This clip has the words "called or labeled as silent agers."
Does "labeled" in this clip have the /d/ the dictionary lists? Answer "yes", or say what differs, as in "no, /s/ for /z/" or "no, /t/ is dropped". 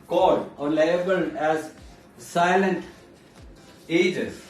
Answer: no, /d/ is dropped